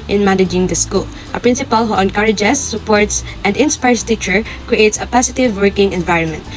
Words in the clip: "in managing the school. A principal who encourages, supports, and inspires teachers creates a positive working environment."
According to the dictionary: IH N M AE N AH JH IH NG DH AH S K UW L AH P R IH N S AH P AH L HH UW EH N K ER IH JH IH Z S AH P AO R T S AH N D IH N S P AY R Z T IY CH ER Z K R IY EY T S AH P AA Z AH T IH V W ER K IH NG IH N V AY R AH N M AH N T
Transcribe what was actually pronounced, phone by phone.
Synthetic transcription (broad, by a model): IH N M AE N AH JH IH NG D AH S K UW L AH P R IH N S AH P AH L HH UW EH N K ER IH JH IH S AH P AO R T S AH N D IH N S P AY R S T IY CH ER K R IY EY T S AH P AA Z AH T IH V W ER K IH NG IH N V AY R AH N M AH N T